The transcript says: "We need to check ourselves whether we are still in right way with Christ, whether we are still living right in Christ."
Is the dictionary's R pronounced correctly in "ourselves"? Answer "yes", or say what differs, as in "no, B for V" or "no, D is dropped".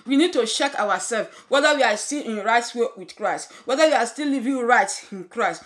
no, W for R